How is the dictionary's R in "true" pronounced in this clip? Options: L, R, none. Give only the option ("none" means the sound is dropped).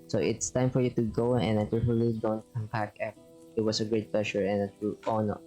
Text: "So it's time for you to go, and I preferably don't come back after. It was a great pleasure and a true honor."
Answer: none